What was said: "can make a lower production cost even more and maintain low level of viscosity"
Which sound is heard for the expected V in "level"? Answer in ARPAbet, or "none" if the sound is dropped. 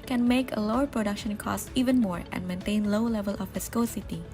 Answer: V